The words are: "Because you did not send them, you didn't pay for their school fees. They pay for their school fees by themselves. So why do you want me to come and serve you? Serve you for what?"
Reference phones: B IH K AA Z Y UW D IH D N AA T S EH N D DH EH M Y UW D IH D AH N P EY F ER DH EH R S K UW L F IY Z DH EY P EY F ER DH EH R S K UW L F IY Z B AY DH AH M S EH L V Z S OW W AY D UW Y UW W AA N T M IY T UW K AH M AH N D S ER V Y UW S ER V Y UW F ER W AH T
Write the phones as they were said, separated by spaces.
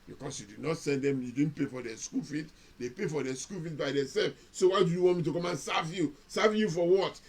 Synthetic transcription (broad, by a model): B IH K AA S Y UW D IH D N AA T S EH N D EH M Y UW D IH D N P EY F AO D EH S K UW L F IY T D EY P EY F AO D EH S K UW L F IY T B AY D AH S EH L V S OW W AY D UW Y UW W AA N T M IY T UW K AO M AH N S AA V Y UW S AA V Y UW F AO W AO T